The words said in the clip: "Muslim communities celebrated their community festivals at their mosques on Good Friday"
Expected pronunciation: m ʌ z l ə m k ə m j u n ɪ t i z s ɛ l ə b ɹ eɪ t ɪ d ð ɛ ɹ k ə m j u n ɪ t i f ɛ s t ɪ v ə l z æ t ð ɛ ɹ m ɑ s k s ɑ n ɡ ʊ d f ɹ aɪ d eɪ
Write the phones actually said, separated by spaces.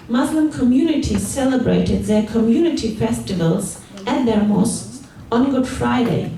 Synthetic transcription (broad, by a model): m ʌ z l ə m k ə m j u n ɪ t i z s ɛ l ə b ɹ eɪ t ɪ d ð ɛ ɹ k ə m j u n ɪ t i f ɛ s t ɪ v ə l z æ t ð ɛ ɹ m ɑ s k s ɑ n ɡ ʊ d f ɹ aɪ d eɪ